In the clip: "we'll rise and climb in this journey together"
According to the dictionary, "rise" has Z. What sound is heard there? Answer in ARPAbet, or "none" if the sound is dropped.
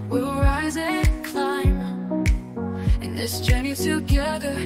Z